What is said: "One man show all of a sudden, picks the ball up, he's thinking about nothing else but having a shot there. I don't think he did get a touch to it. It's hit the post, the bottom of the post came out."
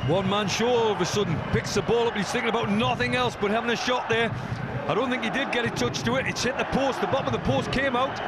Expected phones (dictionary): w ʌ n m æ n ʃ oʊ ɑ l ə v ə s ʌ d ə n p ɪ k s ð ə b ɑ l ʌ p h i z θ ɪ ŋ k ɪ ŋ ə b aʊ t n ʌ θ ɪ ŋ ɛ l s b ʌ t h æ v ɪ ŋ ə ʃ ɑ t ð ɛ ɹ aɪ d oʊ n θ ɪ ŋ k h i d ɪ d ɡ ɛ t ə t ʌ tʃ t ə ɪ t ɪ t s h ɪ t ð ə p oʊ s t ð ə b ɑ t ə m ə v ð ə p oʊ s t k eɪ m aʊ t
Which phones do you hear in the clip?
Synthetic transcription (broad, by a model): w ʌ n m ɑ n ʃ oʊ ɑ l ə v ə s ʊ d n p ɪ k s ð ə b ɑ l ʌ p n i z θ ɪ ŋ k ɪ ŋ ə b aʊ t n ʌ θ ɪ ŋ ɛ l s b ʌ t h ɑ v ɪ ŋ ə ʃ ɑ t ð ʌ ɹ aɪ d oʊ n θ ɪ ŋ k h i d ɪ d ɡ ɛ t ə t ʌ tʃ t ə ɪ t ɪ t s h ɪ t ð ə p oʊ s t ð ə b ɑ t ə m ə v ð ə p oʊ s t k eɪ m aʊ t